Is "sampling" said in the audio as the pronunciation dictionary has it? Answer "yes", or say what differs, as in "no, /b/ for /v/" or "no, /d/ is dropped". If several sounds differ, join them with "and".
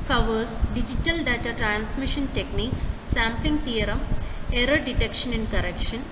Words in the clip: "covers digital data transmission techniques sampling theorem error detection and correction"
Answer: no, /l/ is dropped